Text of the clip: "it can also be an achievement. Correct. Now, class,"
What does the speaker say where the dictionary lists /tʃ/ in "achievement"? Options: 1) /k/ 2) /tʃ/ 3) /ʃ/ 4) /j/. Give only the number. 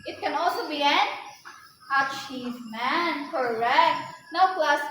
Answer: 3